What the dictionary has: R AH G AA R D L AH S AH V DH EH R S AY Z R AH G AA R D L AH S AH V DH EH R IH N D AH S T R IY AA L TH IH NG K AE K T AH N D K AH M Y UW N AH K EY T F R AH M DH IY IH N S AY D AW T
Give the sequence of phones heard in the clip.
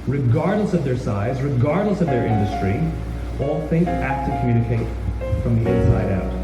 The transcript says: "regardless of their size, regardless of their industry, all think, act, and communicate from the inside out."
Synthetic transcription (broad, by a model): R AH G AA R D L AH S AH V DH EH R S AY Z R AH G AA R D L AH S AH V DH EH R IH N D AH S T R IY AA L TH IH NG K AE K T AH K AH M Y UW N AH K EY T F R AH M DH IY IH N S AY D AW T